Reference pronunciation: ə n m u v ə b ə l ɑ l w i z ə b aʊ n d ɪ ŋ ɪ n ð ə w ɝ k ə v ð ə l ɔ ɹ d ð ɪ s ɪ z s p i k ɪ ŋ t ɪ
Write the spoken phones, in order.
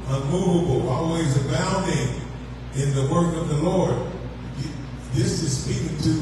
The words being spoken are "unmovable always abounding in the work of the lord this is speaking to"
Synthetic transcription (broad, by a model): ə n m u v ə b l ɑ l w i z ə b aʊ n d ɪ ŋ ɪ n ð ə w ɝ k ə v ð ə l ɔ ɹ d ð ɪ s ɪ z s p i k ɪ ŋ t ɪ